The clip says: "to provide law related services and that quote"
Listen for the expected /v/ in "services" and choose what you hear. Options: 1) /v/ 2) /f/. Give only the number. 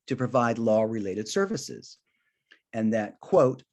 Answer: 1